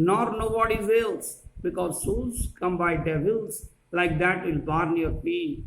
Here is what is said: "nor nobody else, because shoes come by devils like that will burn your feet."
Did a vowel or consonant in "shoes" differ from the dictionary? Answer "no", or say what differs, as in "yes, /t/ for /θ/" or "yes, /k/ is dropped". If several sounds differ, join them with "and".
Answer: yes, /s/ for /ʃ/